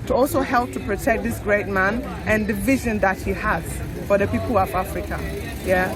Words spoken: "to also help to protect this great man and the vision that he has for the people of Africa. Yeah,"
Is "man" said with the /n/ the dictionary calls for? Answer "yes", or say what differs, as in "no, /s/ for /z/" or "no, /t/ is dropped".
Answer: yes